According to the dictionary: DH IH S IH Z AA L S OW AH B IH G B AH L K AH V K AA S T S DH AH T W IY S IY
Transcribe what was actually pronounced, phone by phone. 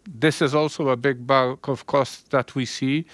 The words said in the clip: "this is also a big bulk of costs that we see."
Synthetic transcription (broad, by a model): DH IH S IH Z AA L S OW AH B IH G B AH K AH V K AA S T DH AH T W IY S IY